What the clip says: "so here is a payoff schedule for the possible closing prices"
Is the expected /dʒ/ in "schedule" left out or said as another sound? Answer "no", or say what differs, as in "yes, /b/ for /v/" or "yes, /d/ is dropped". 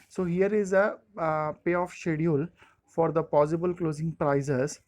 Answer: yes, /dʒ/ is dropped